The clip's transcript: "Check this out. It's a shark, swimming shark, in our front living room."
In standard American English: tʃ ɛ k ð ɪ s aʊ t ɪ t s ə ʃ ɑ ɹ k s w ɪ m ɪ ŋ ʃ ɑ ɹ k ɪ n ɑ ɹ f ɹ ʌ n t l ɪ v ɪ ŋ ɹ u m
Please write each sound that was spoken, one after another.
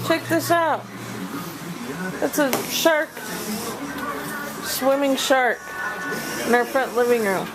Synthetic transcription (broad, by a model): tʃ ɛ k ð ɪ s aʊ t ɪ t s ə ʃ ɑ ɹ k s w ɪ m ɪ ŋ ʃ ɑ ɹ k ɪ n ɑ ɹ f ɹ ʌ n t l ɪ v ɪ ŋ ɹ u m